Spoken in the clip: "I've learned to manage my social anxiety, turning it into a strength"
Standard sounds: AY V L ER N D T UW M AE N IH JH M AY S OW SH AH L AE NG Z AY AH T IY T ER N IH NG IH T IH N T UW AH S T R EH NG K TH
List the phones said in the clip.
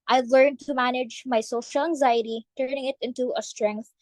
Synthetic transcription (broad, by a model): AY L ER N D T UW M AE N IH JH M AY S OW SH AH L AE NG Z AY AH T IY T ER N IH NG IH T IH N T UW AH S T R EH NG K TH